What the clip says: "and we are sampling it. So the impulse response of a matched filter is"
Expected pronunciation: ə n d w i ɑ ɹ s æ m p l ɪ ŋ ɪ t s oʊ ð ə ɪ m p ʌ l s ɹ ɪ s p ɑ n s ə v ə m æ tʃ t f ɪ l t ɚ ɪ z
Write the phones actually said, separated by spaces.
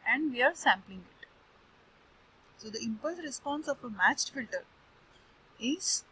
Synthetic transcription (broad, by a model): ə n d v i ɑ ɹ s æ m p l ɪ ŋ ɪ t s oʊ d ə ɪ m p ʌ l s ɹ ɪ s p ɑ n s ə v ə m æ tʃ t f ɪ l t ɚ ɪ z